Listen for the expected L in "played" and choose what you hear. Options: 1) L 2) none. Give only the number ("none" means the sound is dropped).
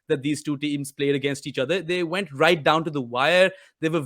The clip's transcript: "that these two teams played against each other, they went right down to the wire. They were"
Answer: 1